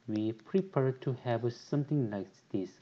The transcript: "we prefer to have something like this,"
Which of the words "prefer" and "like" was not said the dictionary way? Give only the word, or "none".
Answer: prefer